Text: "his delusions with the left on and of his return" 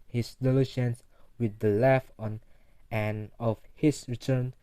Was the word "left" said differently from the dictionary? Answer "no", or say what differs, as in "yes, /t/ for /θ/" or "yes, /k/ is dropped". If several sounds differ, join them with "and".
yes, /t/ is dropped